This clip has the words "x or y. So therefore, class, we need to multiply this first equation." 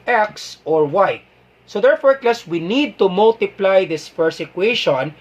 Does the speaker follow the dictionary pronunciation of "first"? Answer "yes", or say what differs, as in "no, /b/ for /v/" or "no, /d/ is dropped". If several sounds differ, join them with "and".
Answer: no, /t/ is dropped